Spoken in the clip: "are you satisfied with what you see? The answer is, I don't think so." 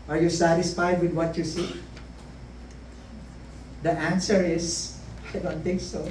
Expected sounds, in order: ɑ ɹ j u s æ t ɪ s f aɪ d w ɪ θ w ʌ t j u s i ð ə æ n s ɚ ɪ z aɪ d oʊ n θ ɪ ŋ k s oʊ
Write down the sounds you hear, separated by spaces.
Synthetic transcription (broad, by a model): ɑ ɹ j u s æ t ɪ s f aɪ d w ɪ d w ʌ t j u s i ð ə æ n s ɚ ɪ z aɪ d oʊ n t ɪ ŋ k s oʊ